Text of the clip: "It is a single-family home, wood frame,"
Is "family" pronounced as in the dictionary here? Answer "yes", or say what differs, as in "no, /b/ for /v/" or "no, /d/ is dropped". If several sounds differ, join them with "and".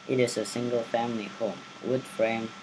yes